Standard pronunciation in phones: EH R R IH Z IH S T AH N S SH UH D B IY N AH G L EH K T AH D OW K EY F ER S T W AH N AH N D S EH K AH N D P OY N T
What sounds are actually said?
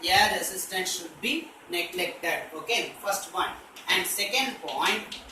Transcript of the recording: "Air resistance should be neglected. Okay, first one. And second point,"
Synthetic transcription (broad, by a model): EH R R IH S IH S T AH N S SH UH D B IY N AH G L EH K T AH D OW K EY F ER S T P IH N AH N D S EH K AH N D P OY N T